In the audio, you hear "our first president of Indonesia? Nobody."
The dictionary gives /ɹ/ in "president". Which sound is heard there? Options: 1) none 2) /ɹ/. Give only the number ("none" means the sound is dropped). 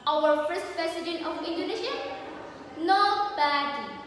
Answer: 1